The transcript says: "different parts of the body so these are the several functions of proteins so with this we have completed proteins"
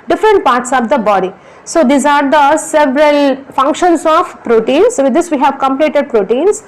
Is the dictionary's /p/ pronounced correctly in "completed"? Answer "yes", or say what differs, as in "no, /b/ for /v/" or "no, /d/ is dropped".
yes